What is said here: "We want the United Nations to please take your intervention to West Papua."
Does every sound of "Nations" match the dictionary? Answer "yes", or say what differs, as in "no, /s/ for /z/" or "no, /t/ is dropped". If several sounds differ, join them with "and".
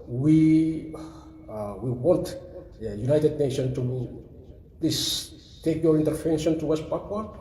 no, /z/ is dropped